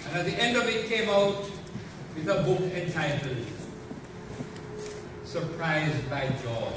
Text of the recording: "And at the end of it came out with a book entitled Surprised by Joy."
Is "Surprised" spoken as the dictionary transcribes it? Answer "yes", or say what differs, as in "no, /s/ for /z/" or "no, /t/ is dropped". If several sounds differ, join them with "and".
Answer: yes